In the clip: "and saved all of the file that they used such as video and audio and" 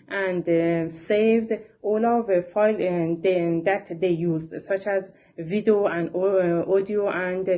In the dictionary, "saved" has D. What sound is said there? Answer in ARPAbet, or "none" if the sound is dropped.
D